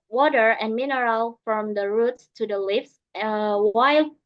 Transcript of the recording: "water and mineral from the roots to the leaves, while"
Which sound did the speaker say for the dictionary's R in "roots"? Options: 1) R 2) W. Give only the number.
1